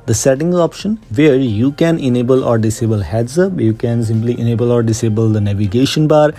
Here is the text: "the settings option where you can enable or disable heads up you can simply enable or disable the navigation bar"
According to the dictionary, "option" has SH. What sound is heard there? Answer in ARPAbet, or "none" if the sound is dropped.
SH